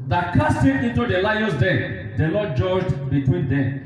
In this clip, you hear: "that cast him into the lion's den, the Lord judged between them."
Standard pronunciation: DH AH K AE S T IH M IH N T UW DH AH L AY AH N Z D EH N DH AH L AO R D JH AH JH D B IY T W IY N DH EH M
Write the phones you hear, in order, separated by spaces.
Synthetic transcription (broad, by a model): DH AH K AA S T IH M IH N T UW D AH L AY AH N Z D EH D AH N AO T JH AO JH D B IY T W IY N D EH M